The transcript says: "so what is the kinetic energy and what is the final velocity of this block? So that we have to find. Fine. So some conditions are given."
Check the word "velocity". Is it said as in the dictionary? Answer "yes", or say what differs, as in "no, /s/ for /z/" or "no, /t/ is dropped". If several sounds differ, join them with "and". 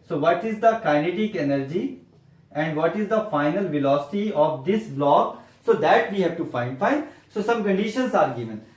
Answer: yes